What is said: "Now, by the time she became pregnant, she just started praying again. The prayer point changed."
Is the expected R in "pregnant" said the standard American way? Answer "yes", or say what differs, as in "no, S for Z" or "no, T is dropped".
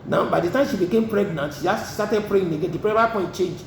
yes